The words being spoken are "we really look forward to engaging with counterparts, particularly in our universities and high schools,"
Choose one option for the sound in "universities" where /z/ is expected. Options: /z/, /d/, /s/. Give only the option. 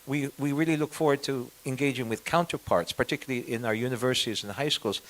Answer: /z/